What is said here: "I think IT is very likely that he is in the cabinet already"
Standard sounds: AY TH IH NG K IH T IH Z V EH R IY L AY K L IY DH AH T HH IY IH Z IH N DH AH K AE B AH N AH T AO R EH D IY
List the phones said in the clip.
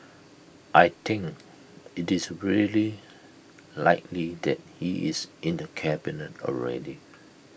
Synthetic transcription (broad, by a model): AY T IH NG K IH T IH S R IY L IY L AY K L IY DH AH T HH IY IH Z IH N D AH K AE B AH N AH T AO R EH D IY